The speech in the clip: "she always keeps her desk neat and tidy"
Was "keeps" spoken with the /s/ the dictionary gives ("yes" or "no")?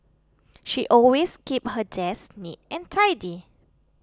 no